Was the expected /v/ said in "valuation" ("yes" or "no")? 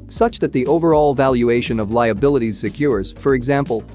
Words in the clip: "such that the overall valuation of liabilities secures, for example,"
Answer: yes